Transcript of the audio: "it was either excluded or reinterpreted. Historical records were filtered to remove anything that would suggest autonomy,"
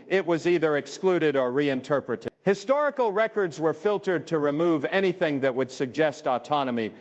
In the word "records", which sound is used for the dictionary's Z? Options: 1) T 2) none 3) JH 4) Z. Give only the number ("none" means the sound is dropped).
4